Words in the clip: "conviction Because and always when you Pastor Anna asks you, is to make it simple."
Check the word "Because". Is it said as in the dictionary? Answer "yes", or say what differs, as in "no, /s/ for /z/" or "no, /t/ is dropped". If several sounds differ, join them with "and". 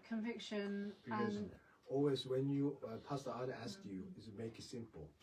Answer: no, /z/ is dropped